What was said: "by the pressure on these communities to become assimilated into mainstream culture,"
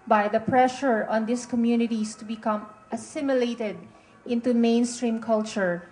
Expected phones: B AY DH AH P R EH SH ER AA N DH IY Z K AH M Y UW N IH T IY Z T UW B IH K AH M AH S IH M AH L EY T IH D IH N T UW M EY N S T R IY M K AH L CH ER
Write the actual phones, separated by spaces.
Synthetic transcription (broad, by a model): B AY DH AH P R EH SH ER AA N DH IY S K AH M Y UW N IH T IY S T UW B IH K AH M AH S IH M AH L EY T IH D IH N T UW M EY N S T R IY M K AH L CH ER